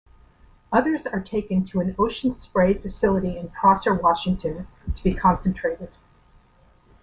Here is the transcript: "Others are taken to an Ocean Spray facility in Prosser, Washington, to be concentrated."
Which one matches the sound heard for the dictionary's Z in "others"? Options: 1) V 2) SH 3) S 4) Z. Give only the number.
4